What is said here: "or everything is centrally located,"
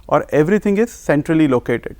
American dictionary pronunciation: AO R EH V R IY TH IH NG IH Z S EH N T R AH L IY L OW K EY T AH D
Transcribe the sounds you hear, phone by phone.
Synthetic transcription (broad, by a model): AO R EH V R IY T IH NG IH Z S EH N T R AH L IY L OW K EY T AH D